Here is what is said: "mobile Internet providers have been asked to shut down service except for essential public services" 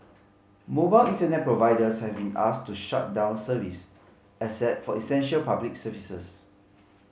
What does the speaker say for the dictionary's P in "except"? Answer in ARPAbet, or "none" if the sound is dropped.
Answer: none